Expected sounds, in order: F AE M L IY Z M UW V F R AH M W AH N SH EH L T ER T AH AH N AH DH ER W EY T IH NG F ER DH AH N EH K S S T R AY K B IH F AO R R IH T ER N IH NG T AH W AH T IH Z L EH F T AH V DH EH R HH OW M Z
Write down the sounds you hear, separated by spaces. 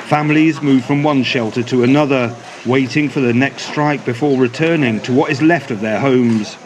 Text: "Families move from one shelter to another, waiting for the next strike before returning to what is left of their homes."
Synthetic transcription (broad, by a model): F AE M L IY Z M UW V F R AH M W AH N SH EH L T ER T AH AH N AH DH ER W EY T IH NG F ER DH AH N EH K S S T R AY K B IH F AO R R IH T ER N IH NG T AH W AH T IH Z L EH F T AH V DH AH R HH OW M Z